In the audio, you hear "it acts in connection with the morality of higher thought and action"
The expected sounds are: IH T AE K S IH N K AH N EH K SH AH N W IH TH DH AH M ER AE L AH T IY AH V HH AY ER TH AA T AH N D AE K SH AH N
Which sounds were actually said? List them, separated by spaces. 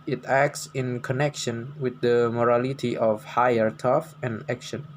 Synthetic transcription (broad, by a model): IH T AE K S IH N K AH N EH K SH AH N W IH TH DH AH M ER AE L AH T IY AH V HH AY ER T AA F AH N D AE K SH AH N